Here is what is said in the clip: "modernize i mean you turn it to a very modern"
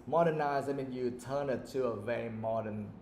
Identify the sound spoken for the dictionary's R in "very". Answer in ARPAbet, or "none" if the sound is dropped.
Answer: none